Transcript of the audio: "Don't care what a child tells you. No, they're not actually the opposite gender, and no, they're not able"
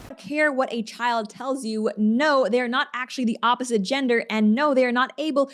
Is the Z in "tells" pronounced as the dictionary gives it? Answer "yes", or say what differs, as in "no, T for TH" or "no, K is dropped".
yes